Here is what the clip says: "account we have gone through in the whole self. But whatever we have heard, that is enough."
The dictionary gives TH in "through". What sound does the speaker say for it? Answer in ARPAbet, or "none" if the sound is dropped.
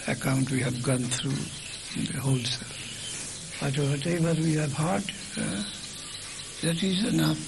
T